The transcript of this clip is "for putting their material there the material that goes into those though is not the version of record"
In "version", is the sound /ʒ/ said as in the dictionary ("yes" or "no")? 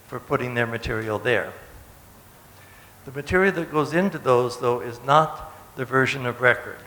yes